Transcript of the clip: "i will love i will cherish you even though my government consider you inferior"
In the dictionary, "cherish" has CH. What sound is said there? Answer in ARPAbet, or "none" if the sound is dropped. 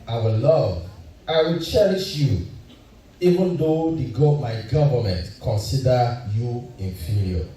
CH